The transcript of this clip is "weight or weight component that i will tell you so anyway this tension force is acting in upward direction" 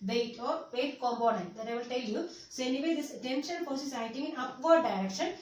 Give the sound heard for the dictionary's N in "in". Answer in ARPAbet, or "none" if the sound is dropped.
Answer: N